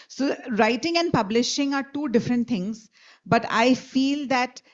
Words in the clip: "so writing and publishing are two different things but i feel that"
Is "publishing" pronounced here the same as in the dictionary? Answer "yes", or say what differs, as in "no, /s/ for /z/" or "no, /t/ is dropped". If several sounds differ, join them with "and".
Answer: yes